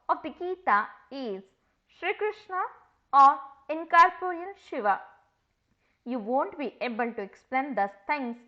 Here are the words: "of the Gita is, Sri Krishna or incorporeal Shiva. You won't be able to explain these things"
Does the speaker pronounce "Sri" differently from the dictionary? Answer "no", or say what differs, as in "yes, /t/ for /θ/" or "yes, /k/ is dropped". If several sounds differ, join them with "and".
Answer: no